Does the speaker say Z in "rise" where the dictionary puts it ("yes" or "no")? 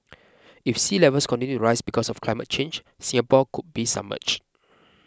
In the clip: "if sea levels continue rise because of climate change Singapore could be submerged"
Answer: no